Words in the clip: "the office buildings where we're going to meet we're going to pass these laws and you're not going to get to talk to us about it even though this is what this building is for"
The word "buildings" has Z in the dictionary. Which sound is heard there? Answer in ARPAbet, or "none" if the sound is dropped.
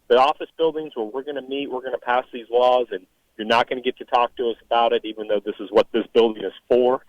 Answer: Z